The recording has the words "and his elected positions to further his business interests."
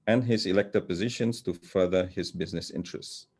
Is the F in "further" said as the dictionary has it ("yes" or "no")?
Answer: yes